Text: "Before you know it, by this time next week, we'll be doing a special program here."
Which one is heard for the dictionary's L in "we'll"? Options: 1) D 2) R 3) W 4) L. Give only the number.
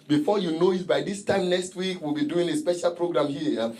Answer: 4